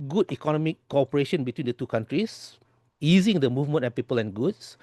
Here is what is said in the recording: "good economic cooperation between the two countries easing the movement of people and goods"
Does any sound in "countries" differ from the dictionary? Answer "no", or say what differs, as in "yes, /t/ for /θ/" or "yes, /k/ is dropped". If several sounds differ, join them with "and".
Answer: yes, /s/ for /z/